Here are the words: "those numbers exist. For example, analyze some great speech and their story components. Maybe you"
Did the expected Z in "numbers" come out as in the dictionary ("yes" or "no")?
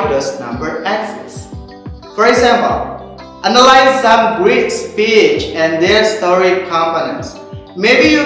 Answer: no